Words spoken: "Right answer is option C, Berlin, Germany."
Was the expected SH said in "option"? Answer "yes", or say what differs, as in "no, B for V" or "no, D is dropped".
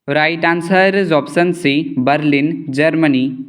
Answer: no, S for SH